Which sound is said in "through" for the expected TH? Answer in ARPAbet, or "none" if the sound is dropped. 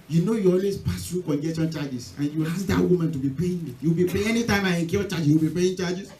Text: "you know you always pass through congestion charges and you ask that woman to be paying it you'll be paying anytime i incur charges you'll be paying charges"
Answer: T